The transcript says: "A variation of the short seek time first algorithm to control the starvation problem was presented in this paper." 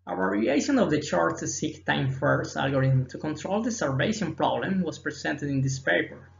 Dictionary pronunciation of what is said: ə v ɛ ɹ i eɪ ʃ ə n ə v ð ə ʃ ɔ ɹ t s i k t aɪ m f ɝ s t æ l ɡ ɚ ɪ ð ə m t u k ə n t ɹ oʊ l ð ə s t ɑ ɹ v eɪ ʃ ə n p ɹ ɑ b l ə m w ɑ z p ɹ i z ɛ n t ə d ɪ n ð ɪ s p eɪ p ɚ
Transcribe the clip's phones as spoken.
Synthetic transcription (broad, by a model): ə w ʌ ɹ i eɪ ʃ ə n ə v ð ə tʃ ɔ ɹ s s i k t aɪ m f ɝ s t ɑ l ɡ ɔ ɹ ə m t u k ə n t ɹ oʊ l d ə s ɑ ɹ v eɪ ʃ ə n p ɹ ɑ b l ə m w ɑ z p ɹ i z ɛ n t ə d ɪ n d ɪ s p eɪ p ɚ